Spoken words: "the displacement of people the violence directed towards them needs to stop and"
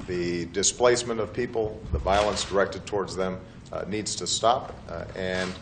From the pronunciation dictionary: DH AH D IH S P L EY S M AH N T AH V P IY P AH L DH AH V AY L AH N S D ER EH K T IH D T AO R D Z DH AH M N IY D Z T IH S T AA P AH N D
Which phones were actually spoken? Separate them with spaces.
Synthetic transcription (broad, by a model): DH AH D IH S P L EY S M AH N T AH V P IY P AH L DH AH V AY L AH N S D ER EH K T IH D T AO R D Z DH AH M N IY D Z T IH S T AA P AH N